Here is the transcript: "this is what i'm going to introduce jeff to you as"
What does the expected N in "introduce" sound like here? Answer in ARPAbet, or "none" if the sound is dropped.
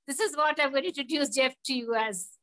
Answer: none